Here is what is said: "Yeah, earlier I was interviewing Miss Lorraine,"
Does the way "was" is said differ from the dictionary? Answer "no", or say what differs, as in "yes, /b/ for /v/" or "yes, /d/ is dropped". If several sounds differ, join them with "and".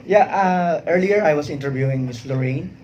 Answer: yes, /s/ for /z/